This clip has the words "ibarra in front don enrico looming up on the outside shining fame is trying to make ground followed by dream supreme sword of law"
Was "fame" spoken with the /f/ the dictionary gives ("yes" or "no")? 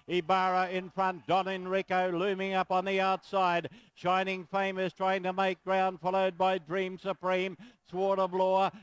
yes